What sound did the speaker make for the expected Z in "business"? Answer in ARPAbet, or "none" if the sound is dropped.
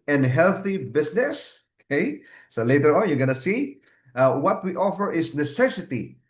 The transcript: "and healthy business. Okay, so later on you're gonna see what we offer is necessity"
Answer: S